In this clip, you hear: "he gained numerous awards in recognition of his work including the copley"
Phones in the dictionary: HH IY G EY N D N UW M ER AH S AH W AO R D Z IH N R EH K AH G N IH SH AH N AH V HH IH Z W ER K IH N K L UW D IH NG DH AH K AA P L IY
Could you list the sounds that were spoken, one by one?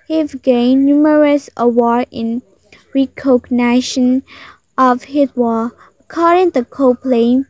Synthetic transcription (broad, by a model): HH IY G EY N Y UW M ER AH S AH W AO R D IH N R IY K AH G N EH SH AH N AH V HH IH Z W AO IH K AO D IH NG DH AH K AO P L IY